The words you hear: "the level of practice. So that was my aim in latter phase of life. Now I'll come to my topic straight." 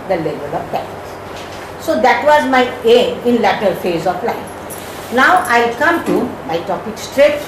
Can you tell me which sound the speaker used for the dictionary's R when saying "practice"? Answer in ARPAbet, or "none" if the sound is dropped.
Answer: none